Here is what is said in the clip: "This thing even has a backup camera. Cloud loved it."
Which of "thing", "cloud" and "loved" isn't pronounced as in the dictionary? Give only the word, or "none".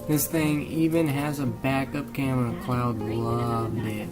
none